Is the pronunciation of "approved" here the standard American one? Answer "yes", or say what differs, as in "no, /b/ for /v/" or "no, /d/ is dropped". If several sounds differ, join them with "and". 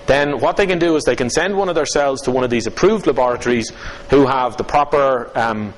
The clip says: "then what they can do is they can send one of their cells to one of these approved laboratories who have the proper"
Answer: yes